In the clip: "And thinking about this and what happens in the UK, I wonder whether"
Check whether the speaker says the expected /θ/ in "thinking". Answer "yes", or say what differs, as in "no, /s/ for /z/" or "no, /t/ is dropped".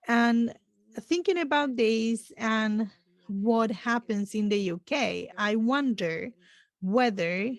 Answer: yes